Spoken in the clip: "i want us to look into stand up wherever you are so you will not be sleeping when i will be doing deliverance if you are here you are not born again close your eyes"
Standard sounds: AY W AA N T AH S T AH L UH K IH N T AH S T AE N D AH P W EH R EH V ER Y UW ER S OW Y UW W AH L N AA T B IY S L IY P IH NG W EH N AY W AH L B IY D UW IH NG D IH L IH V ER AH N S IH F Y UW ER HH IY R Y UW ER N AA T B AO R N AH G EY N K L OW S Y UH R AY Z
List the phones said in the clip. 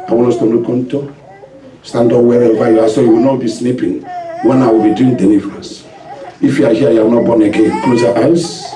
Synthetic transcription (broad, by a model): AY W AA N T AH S T AH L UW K IH N T AH S T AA N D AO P W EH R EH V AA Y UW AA S OW Y UW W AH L N AA T B IY S N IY P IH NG W EH N AY W AH L B IY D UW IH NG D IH N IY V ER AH S IH F Y UW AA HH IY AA Y UW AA N AA T B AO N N AH G EY N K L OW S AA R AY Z